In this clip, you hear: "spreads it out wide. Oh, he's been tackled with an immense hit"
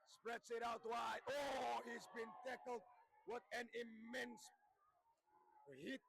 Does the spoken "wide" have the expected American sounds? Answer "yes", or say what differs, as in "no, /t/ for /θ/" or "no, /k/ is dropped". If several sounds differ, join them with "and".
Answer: no, /d/ is dropped